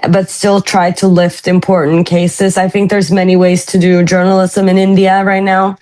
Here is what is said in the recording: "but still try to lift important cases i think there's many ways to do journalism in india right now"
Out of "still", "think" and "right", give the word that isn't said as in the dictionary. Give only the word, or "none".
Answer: none